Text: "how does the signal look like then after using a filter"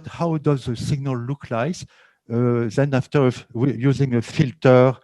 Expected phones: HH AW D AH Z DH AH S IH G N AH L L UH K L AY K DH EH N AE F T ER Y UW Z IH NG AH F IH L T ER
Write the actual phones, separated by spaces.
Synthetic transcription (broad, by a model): HH AW D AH Z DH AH S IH G N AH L L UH K L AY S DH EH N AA F T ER Y UW Z IH NG AH F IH L T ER